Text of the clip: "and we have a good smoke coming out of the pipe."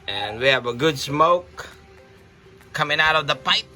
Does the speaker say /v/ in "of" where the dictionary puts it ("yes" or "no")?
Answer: yes